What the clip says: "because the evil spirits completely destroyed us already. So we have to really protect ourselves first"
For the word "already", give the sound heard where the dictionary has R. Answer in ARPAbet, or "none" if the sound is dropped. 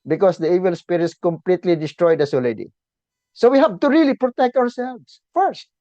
L